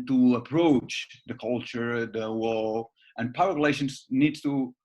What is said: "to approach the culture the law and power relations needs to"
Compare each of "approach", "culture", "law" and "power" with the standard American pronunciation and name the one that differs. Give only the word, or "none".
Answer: law